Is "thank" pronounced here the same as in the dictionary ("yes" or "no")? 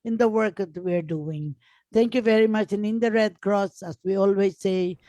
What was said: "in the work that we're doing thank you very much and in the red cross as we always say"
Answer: no